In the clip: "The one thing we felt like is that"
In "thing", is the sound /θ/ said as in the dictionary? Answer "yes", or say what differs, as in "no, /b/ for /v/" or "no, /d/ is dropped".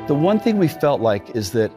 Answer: yes